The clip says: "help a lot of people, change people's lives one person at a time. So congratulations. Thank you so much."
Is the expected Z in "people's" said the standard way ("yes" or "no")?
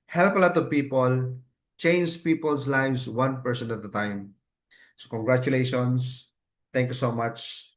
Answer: no